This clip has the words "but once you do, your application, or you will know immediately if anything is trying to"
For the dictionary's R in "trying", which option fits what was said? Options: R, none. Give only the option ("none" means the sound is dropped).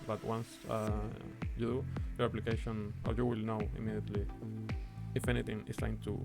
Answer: none